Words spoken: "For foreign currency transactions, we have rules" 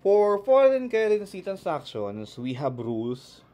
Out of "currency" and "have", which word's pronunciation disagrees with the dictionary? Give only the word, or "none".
have